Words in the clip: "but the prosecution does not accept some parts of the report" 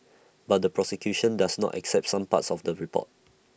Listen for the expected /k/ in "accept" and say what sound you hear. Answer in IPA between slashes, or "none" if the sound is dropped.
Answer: /k/